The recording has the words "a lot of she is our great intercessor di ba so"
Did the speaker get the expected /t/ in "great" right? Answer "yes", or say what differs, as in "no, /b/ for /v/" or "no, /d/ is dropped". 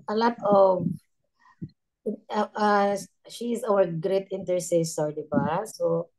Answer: yes